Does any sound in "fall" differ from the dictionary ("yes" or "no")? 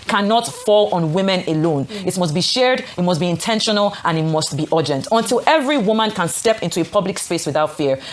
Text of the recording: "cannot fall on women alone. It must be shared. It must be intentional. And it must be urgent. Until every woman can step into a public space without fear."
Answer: no